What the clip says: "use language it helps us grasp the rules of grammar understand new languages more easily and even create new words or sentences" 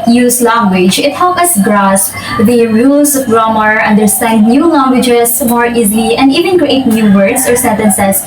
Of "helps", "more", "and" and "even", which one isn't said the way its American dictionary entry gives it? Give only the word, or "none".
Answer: helps